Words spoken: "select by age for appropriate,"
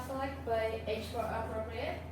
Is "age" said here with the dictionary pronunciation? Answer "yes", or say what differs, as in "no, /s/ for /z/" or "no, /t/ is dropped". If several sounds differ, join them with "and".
no, /tʃ/ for /dʒ/